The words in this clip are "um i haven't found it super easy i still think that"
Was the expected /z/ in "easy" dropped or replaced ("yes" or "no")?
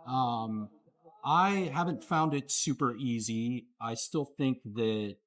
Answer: no